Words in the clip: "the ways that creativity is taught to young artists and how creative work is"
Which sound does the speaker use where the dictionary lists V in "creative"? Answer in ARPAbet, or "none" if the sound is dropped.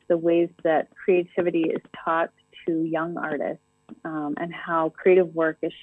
V